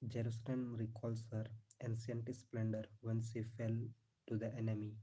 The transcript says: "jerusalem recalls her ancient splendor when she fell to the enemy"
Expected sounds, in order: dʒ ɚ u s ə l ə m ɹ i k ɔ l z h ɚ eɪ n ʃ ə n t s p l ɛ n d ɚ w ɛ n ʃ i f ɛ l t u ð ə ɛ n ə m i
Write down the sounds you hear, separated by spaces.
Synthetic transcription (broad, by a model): dʒ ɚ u s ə l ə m ɹ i k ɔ l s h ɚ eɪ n s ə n t s p l ɛ n d ɚ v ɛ n s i f ɛ l t u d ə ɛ n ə m i